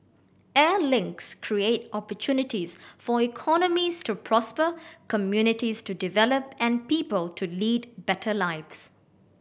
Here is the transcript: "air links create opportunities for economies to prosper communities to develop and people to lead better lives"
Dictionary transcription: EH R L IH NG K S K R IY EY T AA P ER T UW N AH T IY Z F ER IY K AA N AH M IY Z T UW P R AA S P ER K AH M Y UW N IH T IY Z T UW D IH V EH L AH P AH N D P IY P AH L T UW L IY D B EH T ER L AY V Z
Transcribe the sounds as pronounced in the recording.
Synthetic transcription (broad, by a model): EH L IH NG K S K R IY EY T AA P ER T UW N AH T IY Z F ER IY K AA N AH M IY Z T UW P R AA S P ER K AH M Y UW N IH T IY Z T UW D IH V EH L AH P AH N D P IY P AH L T UW L IY D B EH T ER L AY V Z